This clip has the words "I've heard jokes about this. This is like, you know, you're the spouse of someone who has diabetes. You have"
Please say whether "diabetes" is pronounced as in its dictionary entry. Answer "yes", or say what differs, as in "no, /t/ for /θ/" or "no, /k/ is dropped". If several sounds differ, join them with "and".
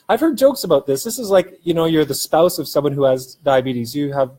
yes